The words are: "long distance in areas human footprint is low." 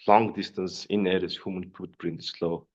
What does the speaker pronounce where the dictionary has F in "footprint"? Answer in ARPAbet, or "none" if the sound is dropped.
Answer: P